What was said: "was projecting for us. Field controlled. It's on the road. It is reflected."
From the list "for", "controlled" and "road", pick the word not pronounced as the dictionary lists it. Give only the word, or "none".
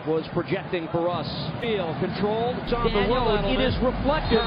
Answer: road